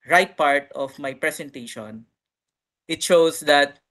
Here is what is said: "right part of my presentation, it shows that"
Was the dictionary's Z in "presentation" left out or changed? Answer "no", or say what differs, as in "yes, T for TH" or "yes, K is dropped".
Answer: yes, S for Z